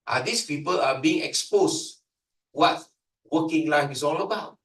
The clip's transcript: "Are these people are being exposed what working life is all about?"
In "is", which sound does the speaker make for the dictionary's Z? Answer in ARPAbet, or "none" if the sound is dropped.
S